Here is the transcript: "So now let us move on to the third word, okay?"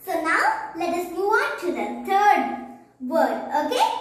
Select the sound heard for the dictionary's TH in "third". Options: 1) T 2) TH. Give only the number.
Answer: 1